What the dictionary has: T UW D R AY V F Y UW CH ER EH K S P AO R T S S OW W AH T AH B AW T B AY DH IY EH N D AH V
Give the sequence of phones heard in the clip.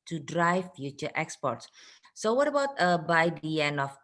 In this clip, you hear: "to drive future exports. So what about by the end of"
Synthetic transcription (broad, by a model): T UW D R AY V F Y UW CH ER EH K S P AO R T S S OW W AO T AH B AW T B AY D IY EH N AH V